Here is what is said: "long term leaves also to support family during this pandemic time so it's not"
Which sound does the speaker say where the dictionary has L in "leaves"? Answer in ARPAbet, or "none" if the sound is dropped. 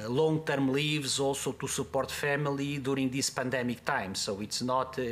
L